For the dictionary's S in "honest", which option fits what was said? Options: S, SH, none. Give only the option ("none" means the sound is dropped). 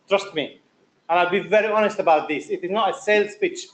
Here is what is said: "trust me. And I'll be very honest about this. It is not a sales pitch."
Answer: S